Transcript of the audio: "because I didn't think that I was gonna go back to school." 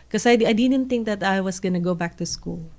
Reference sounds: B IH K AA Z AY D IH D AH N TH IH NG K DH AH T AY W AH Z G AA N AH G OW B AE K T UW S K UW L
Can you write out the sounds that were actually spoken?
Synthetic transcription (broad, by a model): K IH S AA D AY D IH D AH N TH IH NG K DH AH T AY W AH S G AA N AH G OW B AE K T UW S K UW L